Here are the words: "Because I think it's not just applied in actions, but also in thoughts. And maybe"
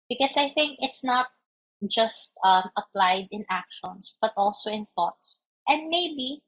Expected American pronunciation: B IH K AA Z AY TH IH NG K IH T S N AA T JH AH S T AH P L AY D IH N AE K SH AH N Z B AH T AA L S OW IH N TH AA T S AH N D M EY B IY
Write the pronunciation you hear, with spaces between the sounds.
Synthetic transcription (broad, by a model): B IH K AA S AY TH IH NG K IH T S N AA T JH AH S T AH P L AY D IH N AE K SH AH N S B AH T AA L S OW IH N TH AA T S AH N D M EY B IY